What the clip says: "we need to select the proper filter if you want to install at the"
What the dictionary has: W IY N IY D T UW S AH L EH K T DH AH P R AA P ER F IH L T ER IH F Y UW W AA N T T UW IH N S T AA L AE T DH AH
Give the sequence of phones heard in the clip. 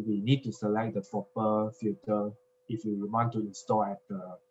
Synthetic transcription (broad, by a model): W IY N IY D T UW S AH L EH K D AH P R AA P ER F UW T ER IH F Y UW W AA N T T UW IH N S T AA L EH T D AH